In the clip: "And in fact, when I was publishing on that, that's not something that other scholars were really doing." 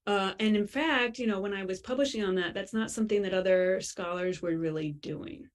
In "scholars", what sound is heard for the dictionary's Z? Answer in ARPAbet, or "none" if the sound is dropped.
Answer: Z